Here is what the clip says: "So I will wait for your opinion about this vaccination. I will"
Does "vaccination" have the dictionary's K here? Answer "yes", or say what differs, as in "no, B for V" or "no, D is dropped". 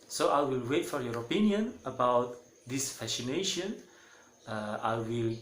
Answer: no, K is dropped